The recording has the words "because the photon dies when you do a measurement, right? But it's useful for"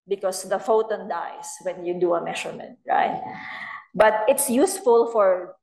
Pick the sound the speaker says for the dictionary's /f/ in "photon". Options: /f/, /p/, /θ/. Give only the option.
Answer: /f/